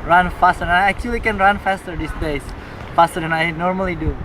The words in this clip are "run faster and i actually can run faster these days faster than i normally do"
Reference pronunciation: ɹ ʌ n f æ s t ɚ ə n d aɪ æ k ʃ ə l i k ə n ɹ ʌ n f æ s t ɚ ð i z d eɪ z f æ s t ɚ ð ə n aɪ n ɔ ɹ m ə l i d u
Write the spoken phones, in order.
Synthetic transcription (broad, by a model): ɹ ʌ n f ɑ s t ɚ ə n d aɪ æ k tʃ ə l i k ə n ɹ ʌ n f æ s t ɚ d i s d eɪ s f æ s t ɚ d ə n aɪ n ɔ ɹ m ə l i d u